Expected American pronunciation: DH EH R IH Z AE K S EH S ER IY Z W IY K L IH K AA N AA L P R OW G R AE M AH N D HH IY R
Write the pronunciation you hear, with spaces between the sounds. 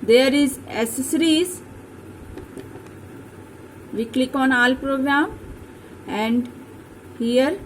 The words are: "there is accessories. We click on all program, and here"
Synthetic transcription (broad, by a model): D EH R IH Z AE S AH S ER IY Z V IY K L IH K AA N AA L P R OW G R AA M AH N D HH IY R